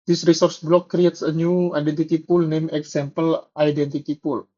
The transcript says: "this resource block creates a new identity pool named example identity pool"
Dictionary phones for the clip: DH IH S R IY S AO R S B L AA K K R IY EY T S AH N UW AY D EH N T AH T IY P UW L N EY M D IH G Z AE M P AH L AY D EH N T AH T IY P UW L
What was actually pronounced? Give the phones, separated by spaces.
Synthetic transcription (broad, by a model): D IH S R IY S AO R S B L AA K K R IY EY T S AH N UW AY D EH N T AH T IY P UW L N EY M IH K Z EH M P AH L AY D EH N T AH T IY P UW L